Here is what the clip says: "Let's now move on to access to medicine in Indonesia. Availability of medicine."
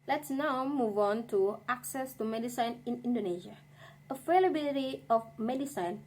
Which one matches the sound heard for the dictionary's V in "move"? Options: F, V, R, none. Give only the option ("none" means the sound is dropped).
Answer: V